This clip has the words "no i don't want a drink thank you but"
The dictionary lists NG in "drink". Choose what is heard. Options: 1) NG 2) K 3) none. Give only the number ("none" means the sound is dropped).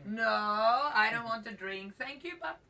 1